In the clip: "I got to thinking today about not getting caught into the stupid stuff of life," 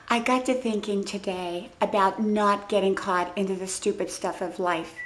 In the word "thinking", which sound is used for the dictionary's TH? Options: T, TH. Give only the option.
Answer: TH